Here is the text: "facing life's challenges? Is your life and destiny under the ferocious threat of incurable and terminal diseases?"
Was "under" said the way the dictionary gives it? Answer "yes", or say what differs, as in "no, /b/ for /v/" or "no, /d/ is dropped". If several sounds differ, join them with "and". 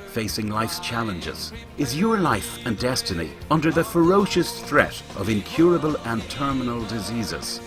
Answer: yes